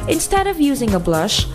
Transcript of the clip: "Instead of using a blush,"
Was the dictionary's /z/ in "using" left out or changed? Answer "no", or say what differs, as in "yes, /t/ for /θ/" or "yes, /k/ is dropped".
no